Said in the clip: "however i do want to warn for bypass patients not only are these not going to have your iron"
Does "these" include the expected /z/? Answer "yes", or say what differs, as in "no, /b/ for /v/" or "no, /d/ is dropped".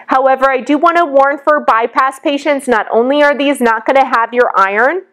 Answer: yes